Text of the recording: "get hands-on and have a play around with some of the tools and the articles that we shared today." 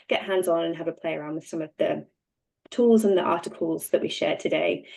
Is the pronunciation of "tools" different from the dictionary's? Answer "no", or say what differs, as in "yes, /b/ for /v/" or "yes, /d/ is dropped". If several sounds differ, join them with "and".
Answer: no